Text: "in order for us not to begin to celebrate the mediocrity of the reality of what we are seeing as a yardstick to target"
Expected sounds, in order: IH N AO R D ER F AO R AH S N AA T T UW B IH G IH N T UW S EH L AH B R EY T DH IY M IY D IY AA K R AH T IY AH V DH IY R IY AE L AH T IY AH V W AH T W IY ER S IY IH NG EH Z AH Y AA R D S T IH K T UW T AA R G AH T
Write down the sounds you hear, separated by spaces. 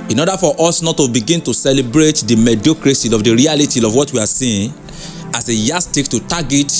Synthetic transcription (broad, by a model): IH N AO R D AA F AO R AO S N AA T T UW B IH G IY N T UW S EH L AH B R EY T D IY M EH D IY K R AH S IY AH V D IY R IY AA L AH T IY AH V W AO T W IY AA S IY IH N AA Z AH Y AA S T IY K T UW T AA G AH T